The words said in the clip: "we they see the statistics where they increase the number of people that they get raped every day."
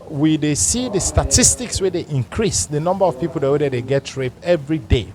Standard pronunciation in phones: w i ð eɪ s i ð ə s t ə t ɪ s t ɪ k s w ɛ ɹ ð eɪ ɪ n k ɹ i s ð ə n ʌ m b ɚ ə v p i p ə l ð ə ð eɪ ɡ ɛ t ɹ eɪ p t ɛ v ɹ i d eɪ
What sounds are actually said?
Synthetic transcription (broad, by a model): w i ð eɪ s i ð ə s t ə t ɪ s t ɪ k s w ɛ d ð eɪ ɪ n k ɹ i s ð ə n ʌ m b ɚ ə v p i p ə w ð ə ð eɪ ɡ ɛ t ɹ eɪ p ɛ v ɹ i d eɪ